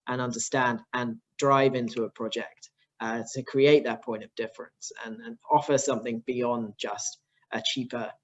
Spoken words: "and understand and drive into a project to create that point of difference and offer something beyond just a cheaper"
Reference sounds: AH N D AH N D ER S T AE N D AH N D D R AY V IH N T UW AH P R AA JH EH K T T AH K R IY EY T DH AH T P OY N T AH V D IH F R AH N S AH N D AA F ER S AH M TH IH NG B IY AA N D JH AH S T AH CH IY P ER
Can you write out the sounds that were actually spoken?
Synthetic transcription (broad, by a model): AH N AH N D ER S T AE N D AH N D D R AY V IH N T UW AH P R AA JH EH K T T AH K R IY EY T DH AH T P OY N T AH V D IH F R AH N S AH N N AA F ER S AH M TH IH NG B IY AA N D JH AH S T AH CH IY P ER